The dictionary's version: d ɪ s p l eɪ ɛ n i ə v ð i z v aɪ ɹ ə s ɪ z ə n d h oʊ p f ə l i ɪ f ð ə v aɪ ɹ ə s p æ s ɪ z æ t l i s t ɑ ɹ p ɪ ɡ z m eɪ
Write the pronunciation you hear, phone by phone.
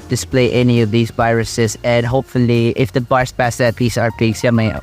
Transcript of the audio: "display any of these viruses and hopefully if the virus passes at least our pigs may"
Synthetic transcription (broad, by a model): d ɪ s p l eɪ ɛ n i ə v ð i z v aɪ ɹ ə s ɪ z ə n d h oʊ p f ə l i ɪ f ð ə b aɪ ɹ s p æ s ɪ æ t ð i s ɑ ɹ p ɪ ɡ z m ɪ